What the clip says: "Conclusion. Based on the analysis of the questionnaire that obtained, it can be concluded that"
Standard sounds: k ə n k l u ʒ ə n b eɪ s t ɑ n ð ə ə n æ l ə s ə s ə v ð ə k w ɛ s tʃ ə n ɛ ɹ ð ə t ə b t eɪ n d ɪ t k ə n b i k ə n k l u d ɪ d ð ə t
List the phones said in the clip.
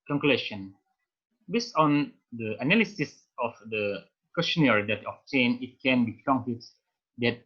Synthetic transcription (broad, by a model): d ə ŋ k l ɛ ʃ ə n b eɪ s t ɑ n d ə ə n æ l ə s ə s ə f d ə k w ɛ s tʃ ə n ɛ ɹ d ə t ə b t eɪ n ɪ t k ə n b i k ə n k u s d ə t